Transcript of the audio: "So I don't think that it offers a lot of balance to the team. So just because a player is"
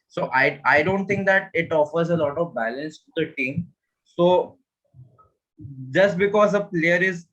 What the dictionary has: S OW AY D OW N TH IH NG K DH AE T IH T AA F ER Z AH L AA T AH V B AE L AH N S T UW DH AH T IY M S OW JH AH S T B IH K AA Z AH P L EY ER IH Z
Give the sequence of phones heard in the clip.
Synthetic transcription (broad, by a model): S OW AY D OW N T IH NG K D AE T IH T AA F ER Z AH L AA T AH V B AE L AH N S T UW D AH T IY M S OW JH AH S T B IH K AA Z AH P L EY ER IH Z